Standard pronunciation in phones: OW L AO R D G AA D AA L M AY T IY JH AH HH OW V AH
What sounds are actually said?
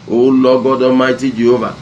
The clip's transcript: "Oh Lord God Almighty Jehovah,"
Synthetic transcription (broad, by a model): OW L AO G AA D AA M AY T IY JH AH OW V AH